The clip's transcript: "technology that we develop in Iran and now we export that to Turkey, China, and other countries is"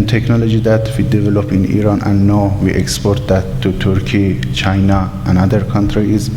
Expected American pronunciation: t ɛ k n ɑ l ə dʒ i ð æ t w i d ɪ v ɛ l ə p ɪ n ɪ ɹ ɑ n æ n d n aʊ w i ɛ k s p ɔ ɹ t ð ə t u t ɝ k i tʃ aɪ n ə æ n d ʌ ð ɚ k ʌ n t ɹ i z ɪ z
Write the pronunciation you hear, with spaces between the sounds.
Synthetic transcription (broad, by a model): t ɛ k n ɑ l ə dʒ i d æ t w i d ɪ v ɛ l ə p ɪ n ɪ ɹ ɑ n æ n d n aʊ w i ɛ k s p ɔ ɹ t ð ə t u t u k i tʃ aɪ n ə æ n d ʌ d k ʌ n t ɹ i ɪ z